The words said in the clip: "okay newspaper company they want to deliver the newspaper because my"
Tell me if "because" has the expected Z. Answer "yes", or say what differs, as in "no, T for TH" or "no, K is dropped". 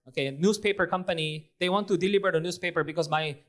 no, S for Z